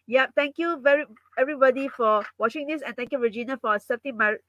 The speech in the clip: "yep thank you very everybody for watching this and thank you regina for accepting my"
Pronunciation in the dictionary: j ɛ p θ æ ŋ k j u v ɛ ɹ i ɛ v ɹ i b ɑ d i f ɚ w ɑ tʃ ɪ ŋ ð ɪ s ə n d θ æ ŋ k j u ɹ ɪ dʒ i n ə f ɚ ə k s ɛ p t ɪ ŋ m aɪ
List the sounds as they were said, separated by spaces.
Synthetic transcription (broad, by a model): j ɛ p t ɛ ŋ k j u v ɛ ɹ i ɛ v ɹ i b ɑ d i f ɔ w ɑ tʃ ɪ ŋ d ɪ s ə n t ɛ ŋ k j u ɹ ɪ dʒ i n ə f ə s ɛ t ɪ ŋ m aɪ